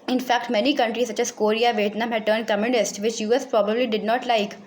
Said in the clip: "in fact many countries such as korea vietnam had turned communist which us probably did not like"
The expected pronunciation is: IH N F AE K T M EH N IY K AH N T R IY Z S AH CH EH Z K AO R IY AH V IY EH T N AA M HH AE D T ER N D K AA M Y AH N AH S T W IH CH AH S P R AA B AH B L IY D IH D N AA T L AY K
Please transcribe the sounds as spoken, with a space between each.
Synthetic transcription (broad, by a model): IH N F AE K T M EH N IY K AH N T R IY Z S AH CH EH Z K AO R IY AH V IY T N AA M HH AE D T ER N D K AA M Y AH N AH S T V IH CH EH S P R AA B AH B L IY D IH D N AA T L AY K